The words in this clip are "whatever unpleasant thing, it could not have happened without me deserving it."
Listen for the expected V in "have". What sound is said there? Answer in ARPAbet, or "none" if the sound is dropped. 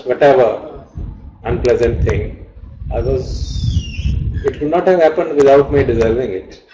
V